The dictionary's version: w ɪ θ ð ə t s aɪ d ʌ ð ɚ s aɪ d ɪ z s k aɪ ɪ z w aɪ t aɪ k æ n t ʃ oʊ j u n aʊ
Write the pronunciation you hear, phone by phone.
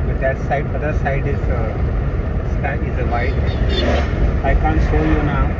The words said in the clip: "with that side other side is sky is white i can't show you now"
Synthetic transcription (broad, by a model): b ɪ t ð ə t s aɪ d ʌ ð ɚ s aɪ d ɪ z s aɪ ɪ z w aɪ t aɪ k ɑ n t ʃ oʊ j u n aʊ